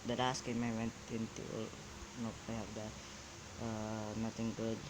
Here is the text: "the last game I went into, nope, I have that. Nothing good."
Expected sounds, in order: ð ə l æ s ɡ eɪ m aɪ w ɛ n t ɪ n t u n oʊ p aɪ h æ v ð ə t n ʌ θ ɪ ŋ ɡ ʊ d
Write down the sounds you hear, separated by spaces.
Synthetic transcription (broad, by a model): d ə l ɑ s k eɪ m aɪ w ɛ n t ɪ n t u n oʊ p aɪ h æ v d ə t n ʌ t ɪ ŋ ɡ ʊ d